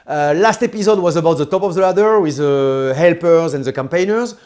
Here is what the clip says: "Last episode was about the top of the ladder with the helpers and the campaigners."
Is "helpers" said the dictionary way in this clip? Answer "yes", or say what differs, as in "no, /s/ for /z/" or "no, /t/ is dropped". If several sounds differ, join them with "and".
yes